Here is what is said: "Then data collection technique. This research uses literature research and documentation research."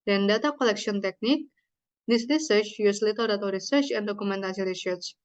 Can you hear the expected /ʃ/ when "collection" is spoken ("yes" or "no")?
no